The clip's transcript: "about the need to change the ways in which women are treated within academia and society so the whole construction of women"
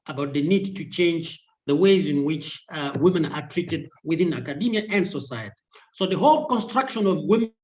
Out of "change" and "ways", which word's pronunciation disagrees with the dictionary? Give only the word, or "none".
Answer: none